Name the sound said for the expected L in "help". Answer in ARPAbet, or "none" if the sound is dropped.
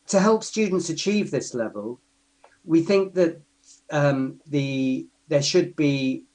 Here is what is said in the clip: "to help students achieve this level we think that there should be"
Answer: L